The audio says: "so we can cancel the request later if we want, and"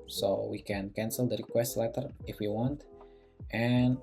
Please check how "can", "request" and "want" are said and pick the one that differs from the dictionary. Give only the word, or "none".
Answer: none